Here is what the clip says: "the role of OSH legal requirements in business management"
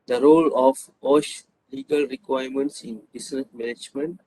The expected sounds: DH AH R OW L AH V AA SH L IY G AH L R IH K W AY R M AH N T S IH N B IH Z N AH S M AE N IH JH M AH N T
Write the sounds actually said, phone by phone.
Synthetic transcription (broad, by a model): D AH R OW L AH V AA SH L IY G AH L R IH K W AY R M AH N T S IH N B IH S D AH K M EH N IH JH M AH N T